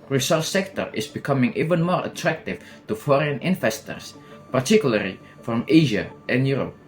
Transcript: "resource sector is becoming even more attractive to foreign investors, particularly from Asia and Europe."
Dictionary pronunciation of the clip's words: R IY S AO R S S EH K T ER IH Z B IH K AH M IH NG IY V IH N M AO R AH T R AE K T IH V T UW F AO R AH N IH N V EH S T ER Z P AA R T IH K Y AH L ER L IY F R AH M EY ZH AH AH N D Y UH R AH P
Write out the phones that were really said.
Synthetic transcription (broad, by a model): R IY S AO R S S EH K T ER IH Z B IH K AH M IH NG IY V IH N M AO R AH T R AE K T IH V T UW F AO R AH N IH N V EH S T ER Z P AA R T IH K Y AH L ER L IY F R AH M EY ZH AH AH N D Y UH R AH P